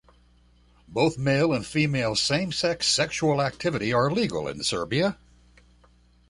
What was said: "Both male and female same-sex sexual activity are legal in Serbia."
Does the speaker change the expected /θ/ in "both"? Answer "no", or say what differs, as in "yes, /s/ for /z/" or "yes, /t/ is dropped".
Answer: no